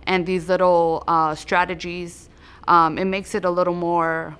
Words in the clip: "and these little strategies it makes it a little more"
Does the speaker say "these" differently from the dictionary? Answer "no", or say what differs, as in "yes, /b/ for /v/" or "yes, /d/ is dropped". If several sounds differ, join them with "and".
no